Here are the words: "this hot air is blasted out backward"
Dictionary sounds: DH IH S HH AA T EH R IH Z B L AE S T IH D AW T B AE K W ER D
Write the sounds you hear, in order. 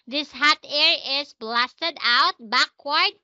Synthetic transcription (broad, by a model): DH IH S HH AA T EH R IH S B L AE S T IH D AW T B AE K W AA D